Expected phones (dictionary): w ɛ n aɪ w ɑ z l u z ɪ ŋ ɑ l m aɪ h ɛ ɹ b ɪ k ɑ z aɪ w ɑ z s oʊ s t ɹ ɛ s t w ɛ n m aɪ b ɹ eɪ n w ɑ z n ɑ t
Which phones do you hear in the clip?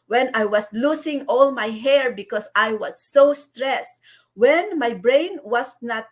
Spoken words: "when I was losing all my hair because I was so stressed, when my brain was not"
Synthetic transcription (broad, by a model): w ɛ n aɪ w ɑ s l u s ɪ ŋ ɑ l m aɪ h ɛ ɹ b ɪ k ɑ s aɪ w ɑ s oʊ s t ɹ ɛ s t w ɛ n m aɪ b ɹ eɪ n w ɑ s n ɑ t